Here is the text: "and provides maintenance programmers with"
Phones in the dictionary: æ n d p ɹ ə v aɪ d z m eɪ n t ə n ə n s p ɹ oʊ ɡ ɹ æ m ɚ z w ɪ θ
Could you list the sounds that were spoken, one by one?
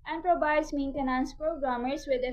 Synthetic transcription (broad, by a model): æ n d p ɹ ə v aɪ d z m eɪ n t ə n ə n s p ɹ oʊ ɡ ɹ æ m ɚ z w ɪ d